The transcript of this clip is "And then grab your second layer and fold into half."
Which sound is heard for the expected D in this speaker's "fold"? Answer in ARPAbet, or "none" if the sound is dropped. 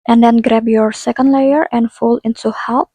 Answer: none